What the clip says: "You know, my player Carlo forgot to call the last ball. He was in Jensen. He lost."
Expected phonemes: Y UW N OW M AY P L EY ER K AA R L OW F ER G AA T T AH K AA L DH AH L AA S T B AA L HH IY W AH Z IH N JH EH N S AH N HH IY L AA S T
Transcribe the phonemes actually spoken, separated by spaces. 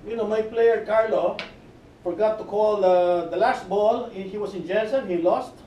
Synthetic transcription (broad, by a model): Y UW N OW M AY P L EY ER K AA R L OW F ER G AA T T AH K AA L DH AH L AA S T B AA L HH IY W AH S IH N JH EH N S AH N HH IY L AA S T